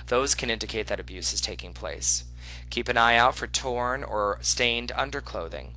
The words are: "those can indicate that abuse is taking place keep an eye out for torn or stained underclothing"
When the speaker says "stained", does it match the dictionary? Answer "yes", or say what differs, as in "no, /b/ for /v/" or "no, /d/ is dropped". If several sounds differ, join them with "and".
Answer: yes